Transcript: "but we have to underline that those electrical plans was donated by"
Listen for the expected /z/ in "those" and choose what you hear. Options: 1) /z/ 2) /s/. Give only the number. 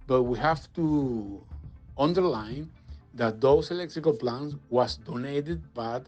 2